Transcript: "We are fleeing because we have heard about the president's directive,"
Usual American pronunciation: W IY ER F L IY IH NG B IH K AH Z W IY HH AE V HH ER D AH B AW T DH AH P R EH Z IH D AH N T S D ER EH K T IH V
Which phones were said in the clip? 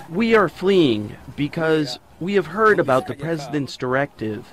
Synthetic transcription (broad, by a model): W IY ER F L IY IH NG B IH K AH Z W IY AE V HH ER D AH B AW T DH AH P R EH Z IH D AH N T S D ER EH K T IH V